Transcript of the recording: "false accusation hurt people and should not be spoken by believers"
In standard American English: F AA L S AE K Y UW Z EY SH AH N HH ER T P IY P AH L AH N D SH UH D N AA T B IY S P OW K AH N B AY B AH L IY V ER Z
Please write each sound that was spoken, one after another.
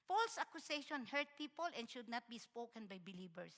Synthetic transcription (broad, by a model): F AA L S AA K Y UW S EY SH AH N HH ER T P IY P AH L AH N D SH UH D N AA T B IY S P OW K AH N B AY B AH L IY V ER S